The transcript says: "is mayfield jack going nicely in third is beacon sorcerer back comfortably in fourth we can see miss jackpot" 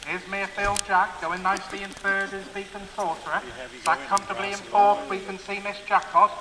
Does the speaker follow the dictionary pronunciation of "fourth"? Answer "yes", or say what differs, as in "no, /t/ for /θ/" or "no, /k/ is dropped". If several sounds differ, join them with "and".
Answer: no, /t/ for /θ/